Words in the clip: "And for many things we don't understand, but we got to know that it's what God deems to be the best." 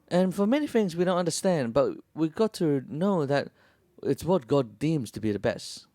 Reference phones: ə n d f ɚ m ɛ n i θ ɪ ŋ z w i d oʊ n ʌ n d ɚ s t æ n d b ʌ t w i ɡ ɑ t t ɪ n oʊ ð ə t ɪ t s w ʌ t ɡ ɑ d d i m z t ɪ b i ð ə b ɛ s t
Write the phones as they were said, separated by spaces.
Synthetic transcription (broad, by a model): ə n f ɚ m ɛ n i θ ɪ ŋ z w i d oʊ n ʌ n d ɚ s t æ n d b ʌ t w i ɡ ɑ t t ɪ n oʊ ð ə t ɪ t s w ʌ t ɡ ɑ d d i m z t ɪ b i ð ə b ɛ s t